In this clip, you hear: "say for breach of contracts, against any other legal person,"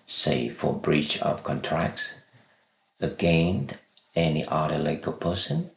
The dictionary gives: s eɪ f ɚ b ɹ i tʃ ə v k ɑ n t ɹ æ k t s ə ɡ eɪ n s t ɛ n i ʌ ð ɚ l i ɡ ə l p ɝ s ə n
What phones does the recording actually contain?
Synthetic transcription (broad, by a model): s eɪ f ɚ b ɹ i tʃ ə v k ɑ n t ɹ æ k t s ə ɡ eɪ n t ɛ n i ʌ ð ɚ l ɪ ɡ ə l p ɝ s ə n